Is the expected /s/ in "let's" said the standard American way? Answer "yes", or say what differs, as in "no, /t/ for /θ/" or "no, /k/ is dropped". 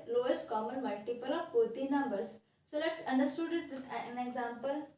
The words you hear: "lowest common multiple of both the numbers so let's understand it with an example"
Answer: yes